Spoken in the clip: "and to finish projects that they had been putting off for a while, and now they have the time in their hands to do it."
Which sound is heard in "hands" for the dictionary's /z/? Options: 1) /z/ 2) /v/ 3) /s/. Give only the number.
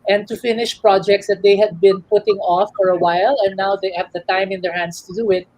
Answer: 3